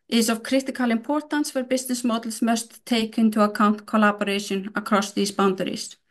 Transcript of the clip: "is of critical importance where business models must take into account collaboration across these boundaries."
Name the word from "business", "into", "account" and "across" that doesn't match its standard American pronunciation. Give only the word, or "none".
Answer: business